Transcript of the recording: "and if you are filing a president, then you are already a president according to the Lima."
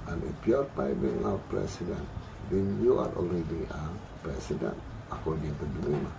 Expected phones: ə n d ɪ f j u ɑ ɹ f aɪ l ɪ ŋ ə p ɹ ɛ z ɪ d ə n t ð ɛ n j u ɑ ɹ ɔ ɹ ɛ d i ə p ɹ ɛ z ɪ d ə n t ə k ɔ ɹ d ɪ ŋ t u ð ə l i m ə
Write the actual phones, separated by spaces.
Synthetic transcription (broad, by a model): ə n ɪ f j ɑ ɹ p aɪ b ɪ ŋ ə p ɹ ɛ s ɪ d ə n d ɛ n j u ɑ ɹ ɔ l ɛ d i ə p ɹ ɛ s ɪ d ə n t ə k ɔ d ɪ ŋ t u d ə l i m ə